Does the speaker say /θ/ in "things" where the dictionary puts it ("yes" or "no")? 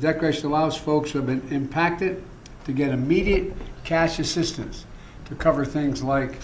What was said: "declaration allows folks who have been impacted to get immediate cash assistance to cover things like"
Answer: yes